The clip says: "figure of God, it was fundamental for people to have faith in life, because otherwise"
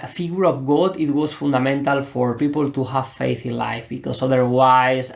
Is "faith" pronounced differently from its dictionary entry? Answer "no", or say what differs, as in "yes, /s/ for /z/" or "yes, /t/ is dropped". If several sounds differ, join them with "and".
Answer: no